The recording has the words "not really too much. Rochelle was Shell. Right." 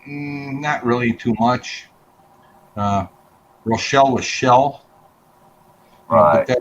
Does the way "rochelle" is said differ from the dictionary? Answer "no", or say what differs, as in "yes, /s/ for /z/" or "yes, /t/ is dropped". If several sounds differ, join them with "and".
no